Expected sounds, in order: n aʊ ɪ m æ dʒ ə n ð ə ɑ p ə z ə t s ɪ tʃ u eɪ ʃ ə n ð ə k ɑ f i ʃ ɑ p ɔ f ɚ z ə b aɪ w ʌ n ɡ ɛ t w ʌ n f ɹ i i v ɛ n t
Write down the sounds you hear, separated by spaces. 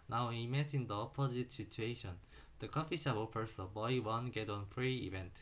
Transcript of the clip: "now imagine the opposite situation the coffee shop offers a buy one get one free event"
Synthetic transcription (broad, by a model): n aʊ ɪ m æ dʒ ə n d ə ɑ p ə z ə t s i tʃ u eɪ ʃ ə n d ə k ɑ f i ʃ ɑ b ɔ p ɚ s ə b aɪ w ʌ n ɡ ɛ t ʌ n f ɹ i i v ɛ n t